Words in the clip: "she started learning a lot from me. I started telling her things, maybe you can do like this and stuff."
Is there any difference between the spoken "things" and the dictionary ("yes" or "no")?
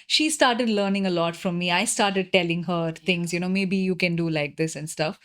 yes